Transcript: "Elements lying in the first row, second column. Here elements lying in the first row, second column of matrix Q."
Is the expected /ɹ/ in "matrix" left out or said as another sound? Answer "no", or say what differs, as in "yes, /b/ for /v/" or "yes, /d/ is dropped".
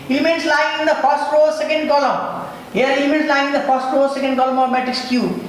yes, /ɹ/ is dropped